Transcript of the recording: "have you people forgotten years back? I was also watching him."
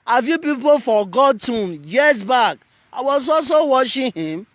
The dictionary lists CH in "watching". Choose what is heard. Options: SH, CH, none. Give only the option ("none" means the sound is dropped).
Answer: SH